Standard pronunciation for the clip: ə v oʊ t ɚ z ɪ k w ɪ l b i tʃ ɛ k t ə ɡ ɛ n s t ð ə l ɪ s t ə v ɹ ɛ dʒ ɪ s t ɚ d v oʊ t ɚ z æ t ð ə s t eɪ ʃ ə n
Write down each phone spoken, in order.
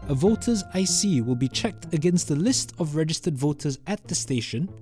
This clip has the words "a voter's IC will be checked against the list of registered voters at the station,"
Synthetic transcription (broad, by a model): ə v oʊ t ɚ z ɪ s w ɪ l b i tʃ ɛ k t ə ɡ ɛ n s t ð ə l ɪ s t ə v ɹ ɛ dʒ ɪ s t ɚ d v oʊ t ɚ z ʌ t ð ə s t eɪ ʃ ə n